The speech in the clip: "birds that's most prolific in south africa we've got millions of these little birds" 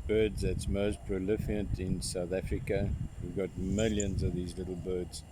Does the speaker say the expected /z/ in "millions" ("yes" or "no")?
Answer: yes